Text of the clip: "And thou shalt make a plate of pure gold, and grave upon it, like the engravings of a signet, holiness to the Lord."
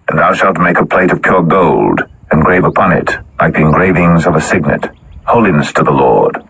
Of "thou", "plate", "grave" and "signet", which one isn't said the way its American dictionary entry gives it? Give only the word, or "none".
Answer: none